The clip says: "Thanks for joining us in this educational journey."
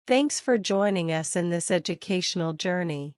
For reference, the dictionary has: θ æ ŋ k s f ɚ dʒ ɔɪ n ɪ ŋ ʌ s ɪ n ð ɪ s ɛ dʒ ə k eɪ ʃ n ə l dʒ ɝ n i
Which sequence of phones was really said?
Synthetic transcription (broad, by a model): θ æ ŋ k s f ɚ dʒ ɔɪ n ɪ ŋ ʌ s ɪ n ð ɪ s ɛ dʒ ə k eɪ ʃ n l dʒ ɝ n i